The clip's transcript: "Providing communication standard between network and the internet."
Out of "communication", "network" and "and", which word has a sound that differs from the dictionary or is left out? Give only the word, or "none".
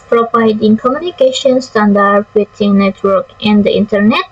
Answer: none